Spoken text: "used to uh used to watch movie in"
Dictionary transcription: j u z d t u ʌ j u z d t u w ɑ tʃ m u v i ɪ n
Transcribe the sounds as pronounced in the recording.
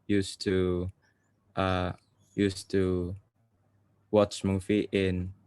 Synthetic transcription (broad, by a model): j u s t u ʌ j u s t u w ɑ tʃ m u f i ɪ n